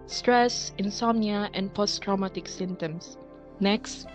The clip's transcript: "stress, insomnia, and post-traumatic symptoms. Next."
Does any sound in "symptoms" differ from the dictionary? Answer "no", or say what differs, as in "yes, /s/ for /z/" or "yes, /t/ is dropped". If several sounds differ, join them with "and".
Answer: yes, /p/ is dropped and /s/ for /z/